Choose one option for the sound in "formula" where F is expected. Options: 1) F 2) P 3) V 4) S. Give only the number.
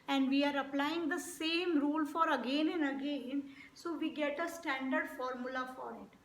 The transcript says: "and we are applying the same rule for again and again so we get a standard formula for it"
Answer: 1